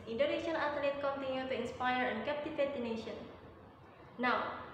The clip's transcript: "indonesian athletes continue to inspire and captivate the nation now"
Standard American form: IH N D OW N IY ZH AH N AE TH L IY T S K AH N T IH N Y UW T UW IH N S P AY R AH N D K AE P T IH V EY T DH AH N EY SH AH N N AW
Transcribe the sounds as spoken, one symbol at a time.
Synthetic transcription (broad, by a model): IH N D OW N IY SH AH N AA T L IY T K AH N T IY N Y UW T UW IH N S P AY R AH N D K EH P T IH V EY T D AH N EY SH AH N N AW